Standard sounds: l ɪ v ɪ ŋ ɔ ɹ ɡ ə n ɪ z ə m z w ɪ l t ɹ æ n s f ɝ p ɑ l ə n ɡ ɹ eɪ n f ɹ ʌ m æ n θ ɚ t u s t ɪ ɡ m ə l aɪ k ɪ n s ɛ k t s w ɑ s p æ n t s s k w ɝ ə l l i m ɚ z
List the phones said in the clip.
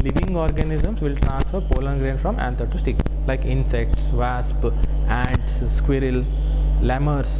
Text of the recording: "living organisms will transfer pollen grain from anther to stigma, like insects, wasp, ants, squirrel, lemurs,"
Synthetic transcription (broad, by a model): l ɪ v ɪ ŋ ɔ ɹ ɡ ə n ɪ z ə m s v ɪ l t ɹ æ n s f ɝ p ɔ l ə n ɡ ɹ eɪ n f ɹ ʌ m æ n t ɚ t u s t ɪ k l aɪ k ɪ n s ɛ k t s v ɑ s p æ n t s s k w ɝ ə l l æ m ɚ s